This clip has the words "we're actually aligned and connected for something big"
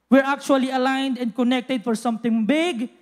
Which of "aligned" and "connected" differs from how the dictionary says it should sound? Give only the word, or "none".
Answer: none